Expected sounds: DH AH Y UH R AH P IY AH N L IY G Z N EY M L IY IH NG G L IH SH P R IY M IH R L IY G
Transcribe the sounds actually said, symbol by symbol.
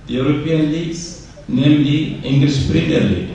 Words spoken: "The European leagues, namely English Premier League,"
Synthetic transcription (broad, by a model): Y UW R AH P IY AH N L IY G S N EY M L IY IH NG G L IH S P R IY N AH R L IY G